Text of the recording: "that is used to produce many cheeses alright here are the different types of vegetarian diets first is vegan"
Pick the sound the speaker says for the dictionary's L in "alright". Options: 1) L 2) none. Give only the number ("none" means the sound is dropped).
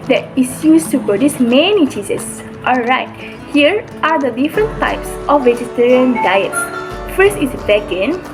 1